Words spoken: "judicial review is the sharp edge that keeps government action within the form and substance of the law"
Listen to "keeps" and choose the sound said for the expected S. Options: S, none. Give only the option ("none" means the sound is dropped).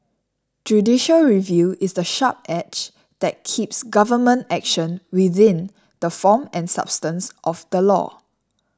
S